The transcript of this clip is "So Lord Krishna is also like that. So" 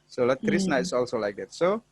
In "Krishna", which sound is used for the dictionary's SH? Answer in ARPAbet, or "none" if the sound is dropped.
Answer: S